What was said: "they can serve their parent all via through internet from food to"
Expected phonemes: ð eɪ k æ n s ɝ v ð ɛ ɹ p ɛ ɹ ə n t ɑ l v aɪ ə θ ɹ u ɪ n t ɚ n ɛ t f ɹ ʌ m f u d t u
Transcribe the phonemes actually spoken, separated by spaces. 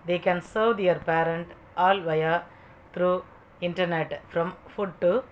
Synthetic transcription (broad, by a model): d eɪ k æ n s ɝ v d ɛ ɹ p ɛ ɹ ə n t ɑ l v aɪ ə t ɹ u ɪ n t ɚ n ɛ t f ɹ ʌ m f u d t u